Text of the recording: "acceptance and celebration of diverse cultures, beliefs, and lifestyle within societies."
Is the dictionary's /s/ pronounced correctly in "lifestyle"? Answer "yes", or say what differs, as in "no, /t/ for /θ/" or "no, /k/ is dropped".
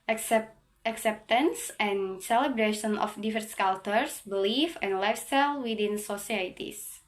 yes